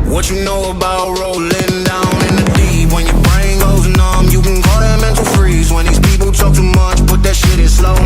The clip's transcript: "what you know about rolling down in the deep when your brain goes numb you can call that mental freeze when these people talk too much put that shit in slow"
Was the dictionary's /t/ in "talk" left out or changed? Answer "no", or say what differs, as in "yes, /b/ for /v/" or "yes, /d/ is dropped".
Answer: no